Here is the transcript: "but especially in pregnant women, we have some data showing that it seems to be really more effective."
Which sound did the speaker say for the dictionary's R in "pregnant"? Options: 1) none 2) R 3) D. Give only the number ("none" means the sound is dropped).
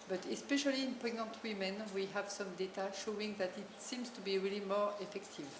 1